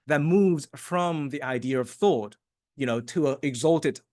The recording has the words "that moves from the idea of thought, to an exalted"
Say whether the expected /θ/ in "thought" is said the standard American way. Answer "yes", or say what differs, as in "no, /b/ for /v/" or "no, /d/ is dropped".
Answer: yes